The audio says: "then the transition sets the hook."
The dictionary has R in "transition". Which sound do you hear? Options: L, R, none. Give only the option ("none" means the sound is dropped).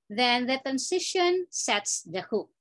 none